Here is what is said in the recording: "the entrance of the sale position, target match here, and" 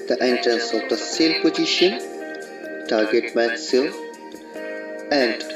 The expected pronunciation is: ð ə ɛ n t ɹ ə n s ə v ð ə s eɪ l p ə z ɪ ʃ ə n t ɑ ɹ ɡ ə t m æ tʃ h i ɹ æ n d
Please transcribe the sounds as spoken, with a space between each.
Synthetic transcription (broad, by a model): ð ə ɛ n t ɹ ə n s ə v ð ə s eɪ l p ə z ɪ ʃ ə n t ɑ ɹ ɡ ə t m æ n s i l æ n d